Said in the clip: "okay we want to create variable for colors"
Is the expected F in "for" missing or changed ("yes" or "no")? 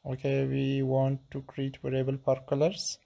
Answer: yes